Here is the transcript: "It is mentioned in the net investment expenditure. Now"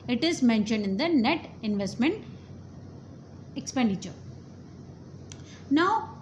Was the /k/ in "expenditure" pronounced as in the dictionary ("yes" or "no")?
yes